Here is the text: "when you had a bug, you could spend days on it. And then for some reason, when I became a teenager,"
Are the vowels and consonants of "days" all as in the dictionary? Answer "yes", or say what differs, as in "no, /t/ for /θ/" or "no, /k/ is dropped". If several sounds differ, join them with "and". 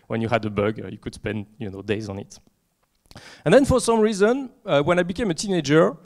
yes